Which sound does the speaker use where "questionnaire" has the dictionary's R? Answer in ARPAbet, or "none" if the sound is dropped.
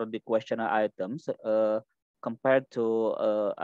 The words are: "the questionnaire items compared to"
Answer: L